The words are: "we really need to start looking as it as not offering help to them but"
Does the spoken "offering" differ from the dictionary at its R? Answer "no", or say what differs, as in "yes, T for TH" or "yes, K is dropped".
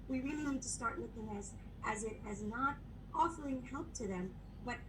yes, L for R